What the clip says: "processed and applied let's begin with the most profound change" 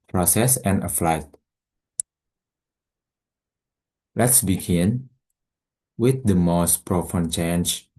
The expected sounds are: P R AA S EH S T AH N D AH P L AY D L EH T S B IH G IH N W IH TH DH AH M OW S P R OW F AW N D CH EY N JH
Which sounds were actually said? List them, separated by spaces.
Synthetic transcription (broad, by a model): P R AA S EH S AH N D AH F L AY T L EH T S B IH G IH N W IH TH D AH M OW S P R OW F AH N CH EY N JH